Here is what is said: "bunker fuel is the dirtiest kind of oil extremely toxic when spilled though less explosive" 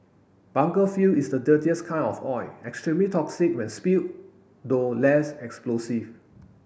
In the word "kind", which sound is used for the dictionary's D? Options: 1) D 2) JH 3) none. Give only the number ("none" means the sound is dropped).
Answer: 3